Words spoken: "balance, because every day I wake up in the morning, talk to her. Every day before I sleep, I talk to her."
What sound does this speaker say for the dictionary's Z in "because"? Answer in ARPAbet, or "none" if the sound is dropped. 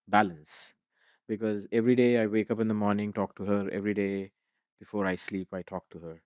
Z